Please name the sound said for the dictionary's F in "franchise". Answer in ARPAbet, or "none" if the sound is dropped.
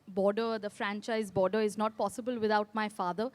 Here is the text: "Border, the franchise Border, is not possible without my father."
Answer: F